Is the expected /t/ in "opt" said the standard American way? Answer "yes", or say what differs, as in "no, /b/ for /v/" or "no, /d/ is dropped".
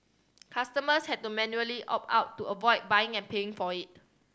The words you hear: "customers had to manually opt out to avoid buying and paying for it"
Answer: no, /t/ is dropped